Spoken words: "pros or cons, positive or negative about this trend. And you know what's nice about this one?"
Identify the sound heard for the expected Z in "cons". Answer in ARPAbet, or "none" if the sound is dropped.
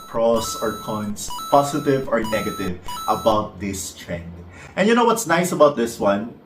S